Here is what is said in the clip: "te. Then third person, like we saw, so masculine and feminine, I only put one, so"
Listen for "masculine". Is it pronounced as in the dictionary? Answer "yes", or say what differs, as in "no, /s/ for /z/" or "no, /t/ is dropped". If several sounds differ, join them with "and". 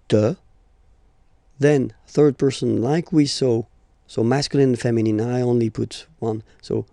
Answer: no, /l/ is dropped and /l/ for /n/